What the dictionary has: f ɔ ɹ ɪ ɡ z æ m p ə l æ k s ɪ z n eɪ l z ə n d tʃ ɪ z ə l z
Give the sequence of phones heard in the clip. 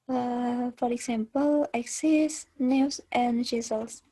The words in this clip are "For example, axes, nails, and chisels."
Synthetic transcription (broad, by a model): f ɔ ɹ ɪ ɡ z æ m p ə l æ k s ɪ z n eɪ w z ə n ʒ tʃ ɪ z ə l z